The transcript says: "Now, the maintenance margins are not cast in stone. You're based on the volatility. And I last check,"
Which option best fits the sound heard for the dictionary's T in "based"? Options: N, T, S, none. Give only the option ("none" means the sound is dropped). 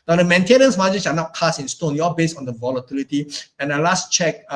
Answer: none